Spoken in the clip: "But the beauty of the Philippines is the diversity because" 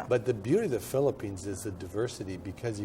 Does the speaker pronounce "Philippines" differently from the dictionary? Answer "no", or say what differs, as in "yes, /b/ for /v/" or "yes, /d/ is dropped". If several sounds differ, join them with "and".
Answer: no